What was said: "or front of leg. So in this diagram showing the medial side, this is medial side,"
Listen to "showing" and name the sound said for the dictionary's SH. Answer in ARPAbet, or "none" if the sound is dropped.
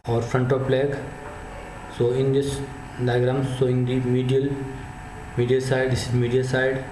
S